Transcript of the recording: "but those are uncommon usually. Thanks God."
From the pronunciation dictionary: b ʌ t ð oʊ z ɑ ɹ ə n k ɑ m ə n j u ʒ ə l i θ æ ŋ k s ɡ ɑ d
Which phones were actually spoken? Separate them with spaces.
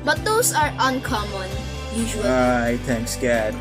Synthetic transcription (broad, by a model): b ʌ t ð oʊ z ɑ ɹ ə n k ɑ m ə n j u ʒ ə i t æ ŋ k s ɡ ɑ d